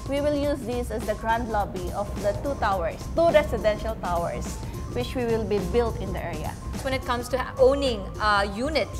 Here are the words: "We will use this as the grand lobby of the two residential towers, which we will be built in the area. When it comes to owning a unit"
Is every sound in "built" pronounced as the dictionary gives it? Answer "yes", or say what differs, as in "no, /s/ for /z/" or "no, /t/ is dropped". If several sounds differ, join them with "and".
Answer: yes